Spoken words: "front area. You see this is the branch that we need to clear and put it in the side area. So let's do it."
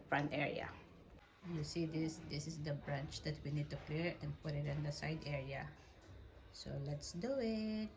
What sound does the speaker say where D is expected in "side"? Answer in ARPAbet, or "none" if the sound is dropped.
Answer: D